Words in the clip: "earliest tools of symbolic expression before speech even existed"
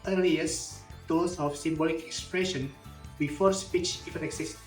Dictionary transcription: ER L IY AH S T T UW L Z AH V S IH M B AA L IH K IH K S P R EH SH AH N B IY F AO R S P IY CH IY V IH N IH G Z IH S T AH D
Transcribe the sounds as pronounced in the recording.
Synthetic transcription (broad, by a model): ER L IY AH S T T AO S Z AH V S IH M B AA L IH K IH K S P R EH SH AH N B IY F AO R S P IY CH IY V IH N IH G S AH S